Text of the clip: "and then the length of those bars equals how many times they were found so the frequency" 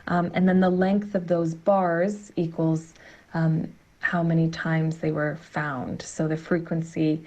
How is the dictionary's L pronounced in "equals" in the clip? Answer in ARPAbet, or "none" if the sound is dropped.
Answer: L